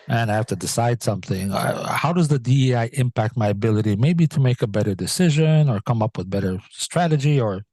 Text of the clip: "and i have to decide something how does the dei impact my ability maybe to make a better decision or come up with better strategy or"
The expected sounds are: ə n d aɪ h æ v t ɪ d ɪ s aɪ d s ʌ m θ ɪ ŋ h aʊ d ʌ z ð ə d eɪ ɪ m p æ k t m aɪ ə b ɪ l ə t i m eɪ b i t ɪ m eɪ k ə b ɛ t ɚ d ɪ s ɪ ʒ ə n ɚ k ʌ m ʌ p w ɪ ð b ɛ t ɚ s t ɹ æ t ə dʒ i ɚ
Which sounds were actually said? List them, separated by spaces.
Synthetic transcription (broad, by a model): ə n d aɪ h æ f t ɪ d ɪ s aɪ d s ʌ m θ ɪ ŋ h aʊ d ʌ z ð ə d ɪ ɪ m p æ k t m aɪ ə b ɪ l ə t i m eɪ b i t ɪ m eɪ k ə b ɛ t ɚ d ɪ s ɪ ʒ ə n ɚ k ʌ m ʌ p w ɪ ð b ɛ t ɚ s t ɹ æ t ə dʒ i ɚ